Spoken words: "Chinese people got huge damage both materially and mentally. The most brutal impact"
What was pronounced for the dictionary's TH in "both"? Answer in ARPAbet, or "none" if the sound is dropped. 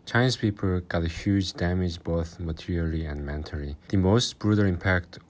TH